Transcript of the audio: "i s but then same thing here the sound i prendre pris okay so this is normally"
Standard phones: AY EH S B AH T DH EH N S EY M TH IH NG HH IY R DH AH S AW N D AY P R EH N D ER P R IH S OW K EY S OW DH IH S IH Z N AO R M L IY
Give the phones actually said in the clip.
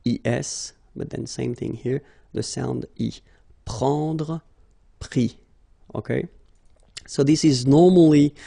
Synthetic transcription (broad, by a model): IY EH S B AH T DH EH N S EY M TH IH NG HH IY R DH AH S AW N D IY P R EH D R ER P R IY OW K EY S OW DH IH S IH Z N AO R M L IY